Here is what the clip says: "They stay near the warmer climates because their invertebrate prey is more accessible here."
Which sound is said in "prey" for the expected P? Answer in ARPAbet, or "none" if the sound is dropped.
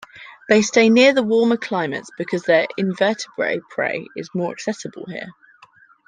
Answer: P